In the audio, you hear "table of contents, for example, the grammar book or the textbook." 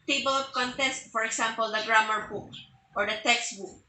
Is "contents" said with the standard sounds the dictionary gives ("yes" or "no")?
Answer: no